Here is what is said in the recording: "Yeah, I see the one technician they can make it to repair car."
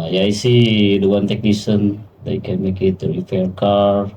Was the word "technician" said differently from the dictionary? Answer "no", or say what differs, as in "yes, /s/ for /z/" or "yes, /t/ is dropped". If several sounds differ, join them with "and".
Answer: yes, /s/ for /ʃ/